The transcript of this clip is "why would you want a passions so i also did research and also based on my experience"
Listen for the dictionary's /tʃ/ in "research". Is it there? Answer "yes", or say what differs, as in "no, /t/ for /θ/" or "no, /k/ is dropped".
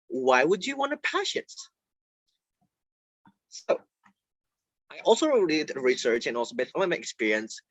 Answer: yes